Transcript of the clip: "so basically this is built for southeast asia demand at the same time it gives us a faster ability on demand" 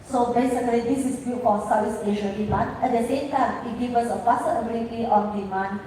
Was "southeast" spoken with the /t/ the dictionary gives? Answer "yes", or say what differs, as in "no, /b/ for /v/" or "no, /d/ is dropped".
no, /t/ is dropped